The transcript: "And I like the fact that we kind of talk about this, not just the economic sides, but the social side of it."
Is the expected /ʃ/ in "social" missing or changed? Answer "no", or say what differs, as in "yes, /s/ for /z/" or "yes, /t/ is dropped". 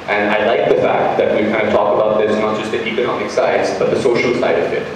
no